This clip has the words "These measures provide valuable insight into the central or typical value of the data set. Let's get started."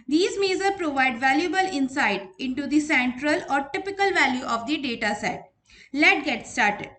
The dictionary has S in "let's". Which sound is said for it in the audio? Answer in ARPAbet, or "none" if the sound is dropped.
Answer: none